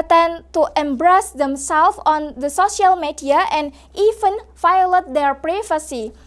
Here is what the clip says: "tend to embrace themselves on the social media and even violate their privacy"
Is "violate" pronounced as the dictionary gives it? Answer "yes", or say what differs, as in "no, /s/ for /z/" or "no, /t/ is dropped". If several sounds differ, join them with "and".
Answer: no, /f/ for /v/